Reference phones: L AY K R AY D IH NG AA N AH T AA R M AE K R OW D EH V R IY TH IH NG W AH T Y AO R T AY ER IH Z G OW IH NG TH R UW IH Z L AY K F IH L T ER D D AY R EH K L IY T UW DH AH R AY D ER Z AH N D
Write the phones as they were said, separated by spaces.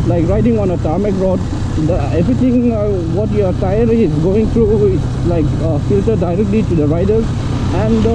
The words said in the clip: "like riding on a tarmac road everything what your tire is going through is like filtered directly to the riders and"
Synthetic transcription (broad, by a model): L AY K R AY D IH NG AA N AH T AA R M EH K R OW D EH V R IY T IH NG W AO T Y AO R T AY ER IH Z G OW IH NG T R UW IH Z L AY K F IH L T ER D D AY R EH K L IY T UW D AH R AY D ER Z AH N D